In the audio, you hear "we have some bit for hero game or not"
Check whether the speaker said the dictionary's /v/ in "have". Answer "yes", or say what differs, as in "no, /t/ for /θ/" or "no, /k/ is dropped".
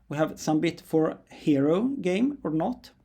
yes